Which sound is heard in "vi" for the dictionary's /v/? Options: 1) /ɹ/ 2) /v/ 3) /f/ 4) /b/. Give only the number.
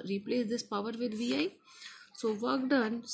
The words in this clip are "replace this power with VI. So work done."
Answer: 2